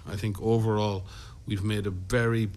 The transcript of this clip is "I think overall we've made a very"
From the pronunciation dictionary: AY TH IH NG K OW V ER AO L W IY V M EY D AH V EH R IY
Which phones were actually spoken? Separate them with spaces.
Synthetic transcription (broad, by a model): AY TH IH NG K OW V ER AO L W IY V M EY D AH V EH R IY